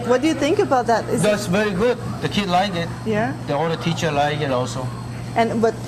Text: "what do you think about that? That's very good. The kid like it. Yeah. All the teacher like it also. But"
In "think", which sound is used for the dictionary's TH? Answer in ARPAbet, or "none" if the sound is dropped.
TH